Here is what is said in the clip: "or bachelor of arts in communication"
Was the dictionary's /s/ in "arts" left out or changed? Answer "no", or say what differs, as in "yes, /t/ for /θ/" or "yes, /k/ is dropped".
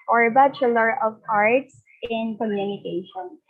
no